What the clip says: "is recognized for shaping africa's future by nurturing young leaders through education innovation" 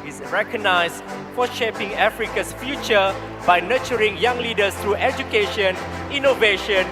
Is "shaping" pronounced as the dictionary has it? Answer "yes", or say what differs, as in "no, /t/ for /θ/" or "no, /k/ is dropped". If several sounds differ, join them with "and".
yes